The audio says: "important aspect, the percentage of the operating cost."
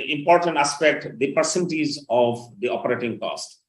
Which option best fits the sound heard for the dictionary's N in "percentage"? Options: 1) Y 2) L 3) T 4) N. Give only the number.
2